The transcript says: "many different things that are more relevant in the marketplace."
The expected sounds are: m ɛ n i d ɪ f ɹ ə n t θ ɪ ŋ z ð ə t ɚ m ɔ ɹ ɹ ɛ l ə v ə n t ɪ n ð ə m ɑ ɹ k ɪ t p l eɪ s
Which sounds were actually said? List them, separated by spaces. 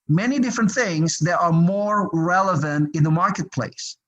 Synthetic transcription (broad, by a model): m ɛ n i d ɪ f ɹ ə n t θ ɪ ŋ z ð ə t ɚ m ɔ ɹ ɹ ɛ l ə v ə n t ɪ n ð ə m ɑ ɹ k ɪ t p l eɪ s